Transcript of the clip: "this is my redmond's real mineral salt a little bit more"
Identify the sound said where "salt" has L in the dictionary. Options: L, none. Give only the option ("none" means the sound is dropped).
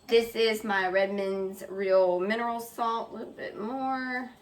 L